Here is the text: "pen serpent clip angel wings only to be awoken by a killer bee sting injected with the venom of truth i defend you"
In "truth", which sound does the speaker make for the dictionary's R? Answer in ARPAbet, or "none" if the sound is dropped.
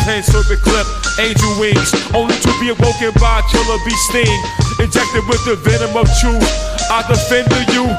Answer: none